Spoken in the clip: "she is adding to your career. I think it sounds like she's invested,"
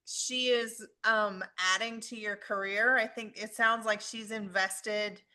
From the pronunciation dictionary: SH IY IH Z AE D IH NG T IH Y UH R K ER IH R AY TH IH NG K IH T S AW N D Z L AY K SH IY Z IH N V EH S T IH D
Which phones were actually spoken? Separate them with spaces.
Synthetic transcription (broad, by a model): SH IY IH Z AE D IH NG T IH Y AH R K ER IH R AY TH IH NG K IH T S AW N D Z L AY K SH IY Z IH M V EH S T IH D